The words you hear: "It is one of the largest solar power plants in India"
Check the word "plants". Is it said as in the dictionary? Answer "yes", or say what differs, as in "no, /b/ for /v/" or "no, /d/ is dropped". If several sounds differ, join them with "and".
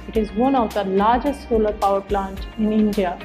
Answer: no, /s/ is dropped